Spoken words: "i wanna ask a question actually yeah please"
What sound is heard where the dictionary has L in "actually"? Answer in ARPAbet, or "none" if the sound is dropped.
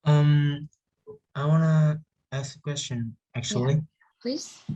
none